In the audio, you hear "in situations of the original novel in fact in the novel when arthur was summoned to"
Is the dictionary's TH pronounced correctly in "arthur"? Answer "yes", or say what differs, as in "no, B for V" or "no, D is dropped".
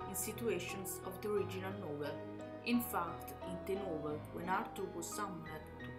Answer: no, T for TH